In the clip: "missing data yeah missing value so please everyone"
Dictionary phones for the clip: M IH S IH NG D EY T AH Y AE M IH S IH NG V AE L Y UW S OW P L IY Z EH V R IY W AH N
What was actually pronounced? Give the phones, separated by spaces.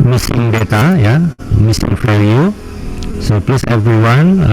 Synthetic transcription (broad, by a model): M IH S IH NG D EY T AH Y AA M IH S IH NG F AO Y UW S OW P L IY S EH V R IY W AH N